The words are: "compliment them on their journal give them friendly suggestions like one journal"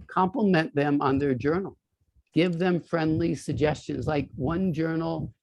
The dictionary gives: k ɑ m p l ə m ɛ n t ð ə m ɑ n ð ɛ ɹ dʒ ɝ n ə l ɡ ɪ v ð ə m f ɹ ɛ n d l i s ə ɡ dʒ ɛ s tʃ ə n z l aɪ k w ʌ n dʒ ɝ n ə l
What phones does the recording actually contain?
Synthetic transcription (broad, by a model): k ɑ m p l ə m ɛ n ð ə m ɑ n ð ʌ ɹ dʒ ɝ n l ɡ ɪ v ð ə m f ɹ ɛ n d l i s ə ɡ dʒ ɛ s tʃ ə n z l aɪ k w ʌ n dʒ ɝ n l